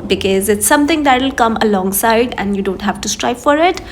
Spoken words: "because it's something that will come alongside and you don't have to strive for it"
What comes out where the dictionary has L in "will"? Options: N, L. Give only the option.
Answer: L